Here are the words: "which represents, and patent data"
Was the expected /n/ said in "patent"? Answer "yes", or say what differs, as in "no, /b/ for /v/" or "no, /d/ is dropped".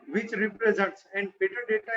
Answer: no, /n/ is dropped